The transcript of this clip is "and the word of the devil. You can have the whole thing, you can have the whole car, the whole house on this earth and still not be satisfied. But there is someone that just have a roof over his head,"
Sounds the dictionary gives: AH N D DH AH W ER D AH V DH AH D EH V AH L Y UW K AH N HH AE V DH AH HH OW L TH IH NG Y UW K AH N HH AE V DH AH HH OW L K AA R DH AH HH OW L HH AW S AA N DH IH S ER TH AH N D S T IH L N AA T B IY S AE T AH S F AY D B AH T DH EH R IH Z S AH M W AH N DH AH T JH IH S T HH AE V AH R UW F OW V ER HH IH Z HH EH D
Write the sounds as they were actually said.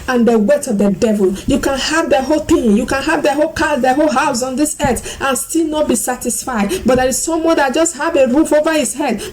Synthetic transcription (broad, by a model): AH N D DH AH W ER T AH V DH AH D EH V AH L Y UW K AH N HH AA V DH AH HH OW L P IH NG Y UW K AH N HH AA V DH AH HH OW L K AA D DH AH HH OW L HH AW S AA N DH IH S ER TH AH N S T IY L N AA T B IY S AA T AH S F AY D B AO T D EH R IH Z S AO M W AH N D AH T JH IH S T HH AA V AH R UW F OW V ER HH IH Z HH EH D